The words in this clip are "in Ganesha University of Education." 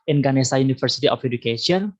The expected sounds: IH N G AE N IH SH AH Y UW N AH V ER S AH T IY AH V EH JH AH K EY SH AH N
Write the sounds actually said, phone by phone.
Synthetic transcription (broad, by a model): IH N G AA N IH S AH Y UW N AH F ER S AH T IY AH F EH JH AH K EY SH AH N